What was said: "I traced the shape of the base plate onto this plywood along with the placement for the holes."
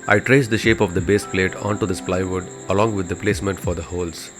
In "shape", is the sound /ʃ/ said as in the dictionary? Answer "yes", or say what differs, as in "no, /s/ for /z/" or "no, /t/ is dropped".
yes